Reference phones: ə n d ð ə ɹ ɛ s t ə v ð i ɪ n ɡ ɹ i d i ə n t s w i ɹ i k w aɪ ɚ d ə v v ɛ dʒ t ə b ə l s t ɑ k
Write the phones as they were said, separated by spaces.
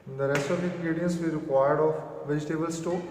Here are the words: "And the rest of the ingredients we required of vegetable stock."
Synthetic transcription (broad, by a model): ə n d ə ɹ ɛ s t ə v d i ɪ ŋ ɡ ɹ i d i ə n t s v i ɹ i k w aɪ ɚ d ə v v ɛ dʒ t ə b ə l s t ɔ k